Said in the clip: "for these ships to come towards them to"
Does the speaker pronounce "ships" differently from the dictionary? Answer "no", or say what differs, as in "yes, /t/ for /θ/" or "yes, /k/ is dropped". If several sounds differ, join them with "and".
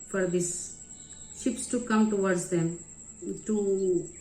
no